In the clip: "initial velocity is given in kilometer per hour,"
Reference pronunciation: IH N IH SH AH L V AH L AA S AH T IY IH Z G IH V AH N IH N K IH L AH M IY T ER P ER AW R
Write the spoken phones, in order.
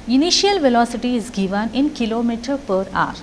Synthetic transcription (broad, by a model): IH N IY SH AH L V AH L AA S AH T IY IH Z G IH V AH N IH N K IH L AH M IY T ER P ER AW R